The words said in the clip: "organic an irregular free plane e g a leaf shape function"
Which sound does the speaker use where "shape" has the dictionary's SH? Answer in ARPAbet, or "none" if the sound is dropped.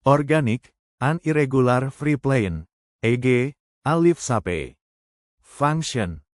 S